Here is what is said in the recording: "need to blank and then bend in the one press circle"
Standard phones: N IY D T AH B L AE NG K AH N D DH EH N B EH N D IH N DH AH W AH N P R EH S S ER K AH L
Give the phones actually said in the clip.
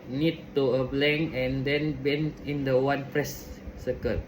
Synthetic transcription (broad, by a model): N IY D T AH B L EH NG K AH N D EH N B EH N IH N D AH W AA N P R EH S S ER K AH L